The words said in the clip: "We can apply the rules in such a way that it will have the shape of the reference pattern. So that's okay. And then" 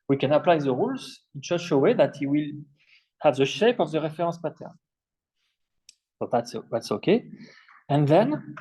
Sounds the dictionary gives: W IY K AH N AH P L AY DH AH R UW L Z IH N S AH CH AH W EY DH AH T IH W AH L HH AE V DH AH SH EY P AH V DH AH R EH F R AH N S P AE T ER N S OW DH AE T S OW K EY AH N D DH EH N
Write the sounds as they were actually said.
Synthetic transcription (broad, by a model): W IY K AH N AH P L AY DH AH R UW L Z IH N SH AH SH AH W EY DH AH T IH W AH L HH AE V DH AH SH EY P AH V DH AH R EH F R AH S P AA T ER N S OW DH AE T S OW K EY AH N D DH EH N